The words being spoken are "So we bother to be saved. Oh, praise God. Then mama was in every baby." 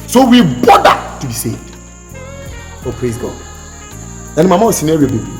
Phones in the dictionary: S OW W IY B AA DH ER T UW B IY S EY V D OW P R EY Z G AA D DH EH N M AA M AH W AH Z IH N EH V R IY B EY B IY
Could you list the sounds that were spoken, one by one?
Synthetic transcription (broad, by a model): S OW W IY B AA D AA T UW B IY S EY V D OW P R EY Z G AA D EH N M AA M AH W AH S IH N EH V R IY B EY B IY